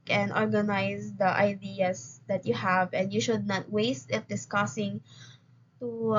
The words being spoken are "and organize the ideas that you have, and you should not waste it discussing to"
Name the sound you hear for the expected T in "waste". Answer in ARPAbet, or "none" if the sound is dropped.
T